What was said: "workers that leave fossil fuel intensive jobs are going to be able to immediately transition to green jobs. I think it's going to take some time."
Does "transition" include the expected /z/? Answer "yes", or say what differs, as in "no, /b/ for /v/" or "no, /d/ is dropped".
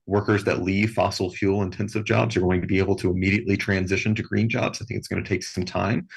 yes